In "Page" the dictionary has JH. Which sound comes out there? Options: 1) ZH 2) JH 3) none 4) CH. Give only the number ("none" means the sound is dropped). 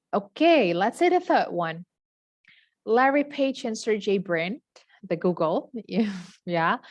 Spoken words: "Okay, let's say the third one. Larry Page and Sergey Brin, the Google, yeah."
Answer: 4